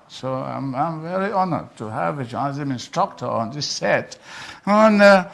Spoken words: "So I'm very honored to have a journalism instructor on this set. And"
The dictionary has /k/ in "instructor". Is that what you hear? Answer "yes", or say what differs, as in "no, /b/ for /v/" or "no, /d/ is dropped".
yes